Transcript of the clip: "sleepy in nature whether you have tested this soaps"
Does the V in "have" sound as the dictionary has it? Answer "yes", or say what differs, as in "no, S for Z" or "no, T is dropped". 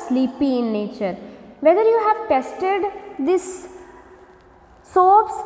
yes